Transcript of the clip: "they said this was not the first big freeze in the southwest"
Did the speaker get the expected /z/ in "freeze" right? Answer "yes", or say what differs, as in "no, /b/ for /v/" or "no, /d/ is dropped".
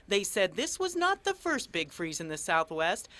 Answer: yes